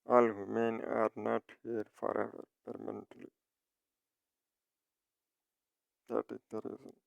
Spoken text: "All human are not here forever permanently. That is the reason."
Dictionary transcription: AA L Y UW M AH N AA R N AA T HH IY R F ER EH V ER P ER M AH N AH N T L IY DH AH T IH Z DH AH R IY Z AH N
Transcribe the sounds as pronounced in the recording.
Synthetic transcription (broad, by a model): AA L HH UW M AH N AA R N AA T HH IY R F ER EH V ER P ER M AH N AH N T L IY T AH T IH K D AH R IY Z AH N